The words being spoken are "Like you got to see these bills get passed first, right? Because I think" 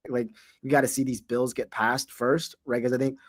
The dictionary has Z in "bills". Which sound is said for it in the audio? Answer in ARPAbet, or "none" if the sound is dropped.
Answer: Z